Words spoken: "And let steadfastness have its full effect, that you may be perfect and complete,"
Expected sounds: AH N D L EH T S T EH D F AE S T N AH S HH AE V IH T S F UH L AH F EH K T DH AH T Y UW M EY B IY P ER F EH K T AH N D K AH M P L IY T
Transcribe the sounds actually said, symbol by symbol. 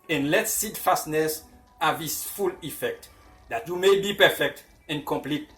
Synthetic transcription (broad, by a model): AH N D L EH T S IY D F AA S T N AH S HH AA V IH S F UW L AH F EH K T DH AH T Y UW M EY B IY P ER F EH K T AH N K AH M P L IY T